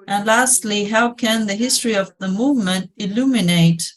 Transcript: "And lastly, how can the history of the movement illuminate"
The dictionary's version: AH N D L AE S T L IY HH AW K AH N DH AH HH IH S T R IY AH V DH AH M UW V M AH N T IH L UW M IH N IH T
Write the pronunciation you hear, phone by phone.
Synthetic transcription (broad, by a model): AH N L AE S T L IY HH AW K AH N DH AH HH IH S T R IY AH V DH AH M UW V M AH N T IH L UW M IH N IH T